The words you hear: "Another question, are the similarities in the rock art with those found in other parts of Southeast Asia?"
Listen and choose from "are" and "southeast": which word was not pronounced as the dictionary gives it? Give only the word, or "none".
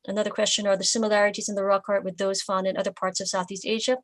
none